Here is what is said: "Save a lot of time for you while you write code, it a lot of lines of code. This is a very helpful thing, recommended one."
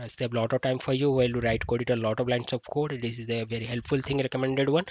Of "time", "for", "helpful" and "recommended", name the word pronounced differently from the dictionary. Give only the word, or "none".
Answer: none